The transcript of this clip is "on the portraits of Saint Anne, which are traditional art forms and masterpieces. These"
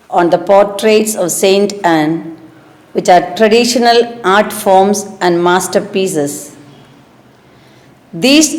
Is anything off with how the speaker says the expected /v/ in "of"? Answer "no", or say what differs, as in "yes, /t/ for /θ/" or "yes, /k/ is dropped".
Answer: no